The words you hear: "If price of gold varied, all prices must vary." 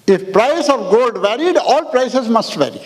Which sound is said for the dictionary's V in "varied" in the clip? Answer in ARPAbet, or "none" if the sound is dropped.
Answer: V